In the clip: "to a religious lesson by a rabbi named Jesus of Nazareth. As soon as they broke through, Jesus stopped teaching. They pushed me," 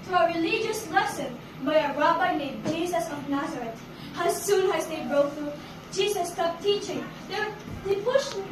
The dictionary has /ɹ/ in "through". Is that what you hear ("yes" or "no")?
no